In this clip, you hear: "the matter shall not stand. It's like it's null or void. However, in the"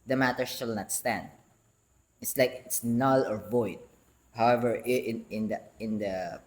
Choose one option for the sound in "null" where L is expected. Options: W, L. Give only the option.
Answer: L